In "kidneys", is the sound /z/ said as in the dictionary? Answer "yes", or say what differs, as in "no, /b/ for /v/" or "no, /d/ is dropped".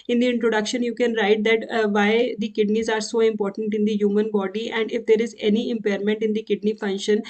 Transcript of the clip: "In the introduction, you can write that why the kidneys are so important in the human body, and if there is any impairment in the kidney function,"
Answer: yes